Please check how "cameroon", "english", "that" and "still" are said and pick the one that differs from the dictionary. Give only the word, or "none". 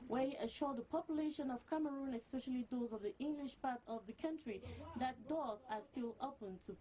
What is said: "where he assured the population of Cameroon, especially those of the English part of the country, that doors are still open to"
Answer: none